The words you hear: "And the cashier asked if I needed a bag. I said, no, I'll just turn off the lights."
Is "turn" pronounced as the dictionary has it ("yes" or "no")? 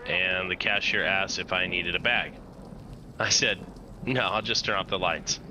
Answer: no